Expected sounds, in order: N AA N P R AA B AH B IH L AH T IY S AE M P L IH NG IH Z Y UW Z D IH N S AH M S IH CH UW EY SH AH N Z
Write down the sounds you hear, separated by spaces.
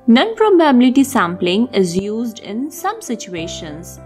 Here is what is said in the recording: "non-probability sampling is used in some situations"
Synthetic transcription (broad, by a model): N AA N P R AA B AH B IH L AH T IY S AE M P L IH NG IH Z Y UW Z D IH N S AH M S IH CH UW EY SH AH N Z